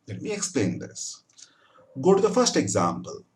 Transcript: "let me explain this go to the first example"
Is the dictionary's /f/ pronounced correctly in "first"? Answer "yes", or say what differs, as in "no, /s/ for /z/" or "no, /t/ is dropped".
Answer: yes